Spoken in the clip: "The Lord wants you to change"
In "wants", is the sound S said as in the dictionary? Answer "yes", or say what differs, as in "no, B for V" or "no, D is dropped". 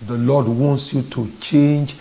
yes